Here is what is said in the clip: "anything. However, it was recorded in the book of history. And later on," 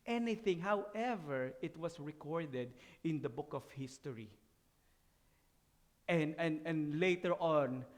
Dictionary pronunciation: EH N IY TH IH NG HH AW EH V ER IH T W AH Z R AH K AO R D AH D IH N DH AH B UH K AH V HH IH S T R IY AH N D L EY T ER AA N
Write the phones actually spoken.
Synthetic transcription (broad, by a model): EH N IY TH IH NG HH AW EH V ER IH T W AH S R AH K AO R D AH D IH N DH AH B UH K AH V HH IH S T R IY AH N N L EY T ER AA N